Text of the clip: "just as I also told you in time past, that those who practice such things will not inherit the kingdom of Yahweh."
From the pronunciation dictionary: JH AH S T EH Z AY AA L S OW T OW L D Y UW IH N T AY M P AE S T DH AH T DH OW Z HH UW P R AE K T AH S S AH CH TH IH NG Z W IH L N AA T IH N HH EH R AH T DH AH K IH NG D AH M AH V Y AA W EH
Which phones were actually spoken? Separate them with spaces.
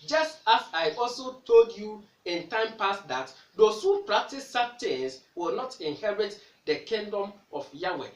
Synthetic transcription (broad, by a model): JH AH S T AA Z AY AA L S OW T OW L D Y UW IH N T AY M P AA S T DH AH T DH OW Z HH UW P R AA K T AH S S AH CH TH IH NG S W IH L N AA T IH N HH EH R AH T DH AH K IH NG D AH M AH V Y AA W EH